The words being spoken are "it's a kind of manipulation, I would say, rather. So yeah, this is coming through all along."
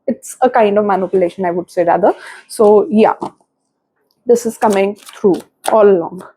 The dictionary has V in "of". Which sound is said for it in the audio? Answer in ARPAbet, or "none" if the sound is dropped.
V